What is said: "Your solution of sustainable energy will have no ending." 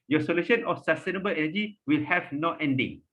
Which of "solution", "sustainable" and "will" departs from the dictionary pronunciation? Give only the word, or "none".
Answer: none